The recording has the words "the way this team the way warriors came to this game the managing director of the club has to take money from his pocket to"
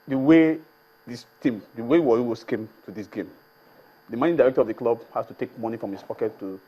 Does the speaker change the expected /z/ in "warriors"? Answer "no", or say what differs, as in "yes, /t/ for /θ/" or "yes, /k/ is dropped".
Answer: yes, /s/ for /z/